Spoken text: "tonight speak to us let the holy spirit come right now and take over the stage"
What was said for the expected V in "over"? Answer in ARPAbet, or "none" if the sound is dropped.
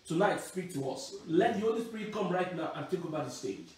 B